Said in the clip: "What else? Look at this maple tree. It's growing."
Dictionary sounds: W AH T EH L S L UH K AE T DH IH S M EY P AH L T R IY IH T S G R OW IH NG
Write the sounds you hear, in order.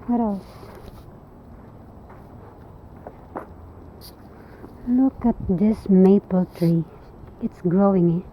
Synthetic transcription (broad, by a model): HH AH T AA S L UH K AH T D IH S M EY P AH L T R IY IH T S G R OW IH NG